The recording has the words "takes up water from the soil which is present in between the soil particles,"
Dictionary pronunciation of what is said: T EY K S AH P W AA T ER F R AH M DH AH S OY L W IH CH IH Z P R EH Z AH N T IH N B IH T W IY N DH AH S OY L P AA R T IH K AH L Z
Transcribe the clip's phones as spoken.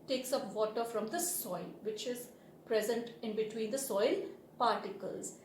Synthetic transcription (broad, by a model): T EY K S AH P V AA T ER F R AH M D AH S OY L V IH CH IH Z P R EH Z AH N T IH N B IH T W IY N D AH S OY L P AA R T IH K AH L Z